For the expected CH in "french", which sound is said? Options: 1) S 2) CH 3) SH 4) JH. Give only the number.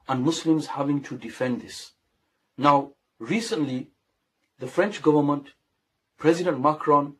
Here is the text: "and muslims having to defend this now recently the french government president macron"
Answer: 2